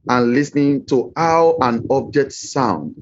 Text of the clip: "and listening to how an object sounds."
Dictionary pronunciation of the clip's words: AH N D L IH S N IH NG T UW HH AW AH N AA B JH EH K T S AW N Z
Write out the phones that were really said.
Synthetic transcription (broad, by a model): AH N L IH S N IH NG T UW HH AW AH N AA B JH EH K T S AW N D